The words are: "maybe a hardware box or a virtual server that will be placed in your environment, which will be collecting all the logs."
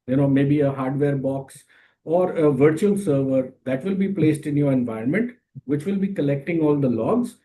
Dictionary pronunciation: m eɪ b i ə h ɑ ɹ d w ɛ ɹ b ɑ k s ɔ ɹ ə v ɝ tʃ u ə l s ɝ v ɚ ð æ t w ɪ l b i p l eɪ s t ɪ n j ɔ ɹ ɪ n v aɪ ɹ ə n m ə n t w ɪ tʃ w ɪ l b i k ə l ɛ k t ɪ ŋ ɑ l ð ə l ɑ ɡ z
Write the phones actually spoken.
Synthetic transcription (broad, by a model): m eɪ b i ə h ɑ ɹ d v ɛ ɹ b ɑ k s ɔ ɹ ə v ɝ tʃ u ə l s ɝ v ɚ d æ t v ɪ l b i p l eɪ s t ɪ n j ɔ ɹ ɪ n v aɪ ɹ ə n m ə n t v ɪ tʃ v ɪ l b i k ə l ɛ k t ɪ ŋ ɑ l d ə l ɑ ɡ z